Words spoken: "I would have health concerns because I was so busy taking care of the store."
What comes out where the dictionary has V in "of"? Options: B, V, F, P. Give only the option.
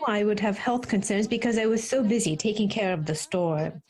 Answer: V